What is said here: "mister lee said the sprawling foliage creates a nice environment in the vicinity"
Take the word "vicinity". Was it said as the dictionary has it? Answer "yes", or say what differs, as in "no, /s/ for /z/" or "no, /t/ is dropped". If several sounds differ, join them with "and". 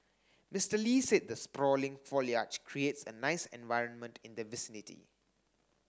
yes